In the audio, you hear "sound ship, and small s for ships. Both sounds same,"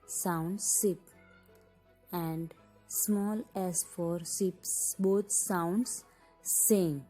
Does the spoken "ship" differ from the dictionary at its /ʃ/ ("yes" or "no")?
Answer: yes